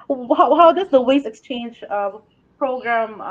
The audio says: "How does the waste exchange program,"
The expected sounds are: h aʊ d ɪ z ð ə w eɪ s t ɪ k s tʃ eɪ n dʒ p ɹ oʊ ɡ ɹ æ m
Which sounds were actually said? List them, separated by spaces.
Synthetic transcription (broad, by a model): h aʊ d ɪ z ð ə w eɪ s ɪ k s tʃ eɪ n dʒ p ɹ oʊ ɡ ɹ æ m